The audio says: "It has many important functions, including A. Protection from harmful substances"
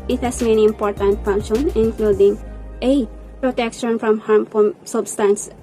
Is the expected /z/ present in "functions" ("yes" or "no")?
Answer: no